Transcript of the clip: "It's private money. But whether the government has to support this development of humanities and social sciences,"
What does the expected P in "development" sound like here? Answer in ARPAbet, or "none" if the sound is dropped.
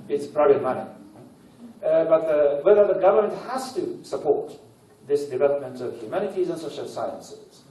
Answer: P